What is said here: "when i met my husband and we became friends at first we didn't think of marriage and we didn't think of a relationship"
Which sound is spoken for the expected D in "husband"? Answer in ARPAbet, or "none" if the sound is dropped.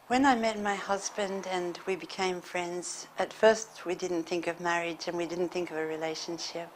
D